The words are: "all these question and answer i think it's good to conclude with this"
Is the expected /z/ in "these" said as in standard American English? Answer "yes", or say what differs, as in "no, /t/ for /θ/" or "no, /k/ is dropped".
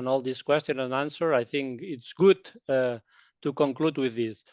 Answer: no, /s/ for /z/